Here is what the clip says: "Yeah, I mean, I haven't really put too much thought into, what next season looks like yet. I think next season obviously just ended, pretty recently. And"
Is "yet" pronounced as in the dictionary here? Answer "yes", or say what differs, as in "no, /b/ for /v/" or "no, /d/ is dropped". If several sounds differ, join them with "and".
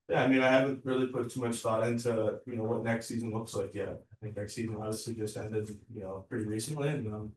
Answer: no, /t/ is dropped